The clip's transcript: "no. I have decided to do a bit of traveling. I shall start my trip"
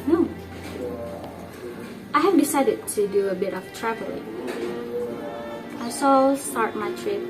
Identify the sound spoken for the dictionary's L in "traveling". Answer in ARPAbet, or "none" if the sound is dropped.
none